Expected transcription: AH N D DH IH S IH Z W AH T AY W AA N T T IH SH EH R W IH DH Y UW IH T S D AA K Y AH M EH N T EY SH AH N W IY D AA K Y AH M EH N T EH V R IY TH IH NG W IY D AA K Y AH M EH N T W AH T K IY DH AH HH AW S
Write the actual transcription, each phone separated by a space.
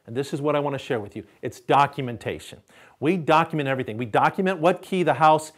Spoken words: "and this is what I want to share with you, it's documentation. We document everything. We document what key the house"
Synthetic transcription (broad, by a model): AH N DH IH S IH Z W AH T AY W AA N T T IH SH EH R W IH DH Y UW IH T S D AA K Y AH M EH N T EY SH AH N W IY D AA K Y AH M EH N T EH V R IY TH IH NG W IY D AA K Y AH M EH N T W AH T K IY DH AH HH AW S